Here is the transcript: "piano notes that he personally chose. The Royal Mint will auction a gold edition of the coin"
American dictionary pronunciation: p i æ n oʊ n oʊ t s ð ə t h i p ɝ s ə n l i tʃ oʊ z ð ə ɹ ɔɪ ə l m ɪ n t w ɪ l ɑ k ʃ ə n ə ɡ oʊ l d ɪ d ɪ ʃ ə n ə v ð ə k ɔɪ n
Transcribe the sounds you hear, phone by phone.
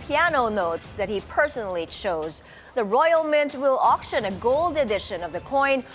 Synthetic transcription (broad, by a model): p i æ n oʊ n oʊ t s ð ə t h i p ɝ s ə n l i tʃ oʊ z ð ə ɹ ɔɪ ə l m ɪ n t w ɪ l ɑ k ʃ ə n ə ɡ oʊ l d ɪ d ɪ ʃ ə n ə v ð ə k ɔɪ n